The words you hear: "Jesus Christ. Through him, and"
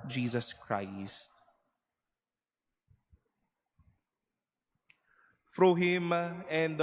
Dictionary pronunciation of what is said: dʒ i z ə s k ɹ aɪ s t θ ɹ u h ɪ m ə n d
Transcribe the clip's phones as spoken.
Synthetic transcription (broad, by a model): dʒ i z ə s k ɹ aɪ s t f ɹ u h ɪ m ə n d